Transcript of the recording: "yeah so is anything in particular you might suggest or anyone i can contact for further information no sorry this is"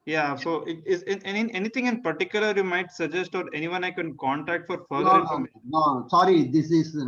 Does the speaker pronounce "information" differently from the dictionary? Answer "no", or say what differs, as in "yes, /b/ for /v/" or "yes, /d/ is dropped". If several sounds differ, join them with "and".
yes, /ʃ/ is dropped